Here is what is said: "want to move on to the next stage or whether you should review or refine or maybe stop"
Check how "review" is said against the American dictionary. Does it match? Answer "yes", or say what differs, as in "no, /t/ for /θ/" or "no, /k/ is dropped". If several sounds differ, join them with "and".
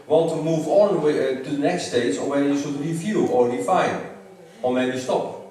no, /f/ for /v/